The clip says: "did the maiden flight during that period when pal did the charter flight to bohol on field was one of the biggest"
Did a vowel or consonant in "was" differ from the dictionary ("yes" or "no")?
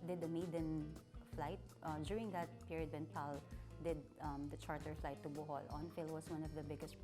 yes